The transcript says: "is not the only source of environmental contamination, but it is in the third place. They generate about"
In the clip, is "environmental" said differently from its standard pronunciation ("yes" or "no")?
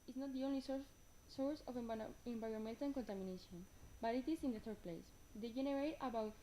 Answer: yes